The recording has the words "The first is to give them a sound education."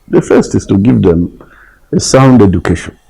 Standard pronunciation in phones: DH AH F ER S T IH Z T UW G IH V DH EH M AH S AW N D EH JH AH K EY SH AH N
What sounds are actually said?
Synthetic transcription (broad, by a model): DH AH F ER S T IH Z T UW G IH V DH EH M AH S AW N D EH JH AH K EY SH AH N